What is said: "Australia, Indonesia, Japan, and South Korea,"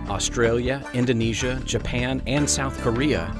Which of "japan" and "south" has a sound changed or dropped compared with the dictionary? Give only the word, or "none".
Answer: none